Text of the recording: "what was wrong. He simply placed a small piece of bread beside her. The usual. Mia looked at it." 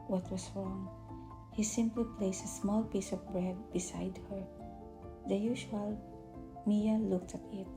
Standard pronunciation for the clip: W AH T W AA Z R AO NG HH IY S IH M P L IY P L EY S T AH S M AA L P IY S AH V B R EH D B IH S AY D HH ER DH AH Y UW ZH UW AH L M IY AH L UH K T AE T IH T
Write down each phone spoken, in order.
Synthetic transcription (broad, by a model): W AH T W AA S R AO NG HH IY S IH M P L IY P L EY S T AH S M AA L P IY S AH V B R EH D B IH S AY D HH ER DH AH Y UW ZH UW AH L M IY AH L UH K T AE T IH T